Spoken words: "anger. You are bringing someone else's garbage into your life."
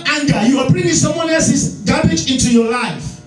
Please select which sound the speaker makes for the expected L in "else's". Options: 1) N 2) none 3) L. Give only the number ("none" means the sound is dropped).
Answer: 2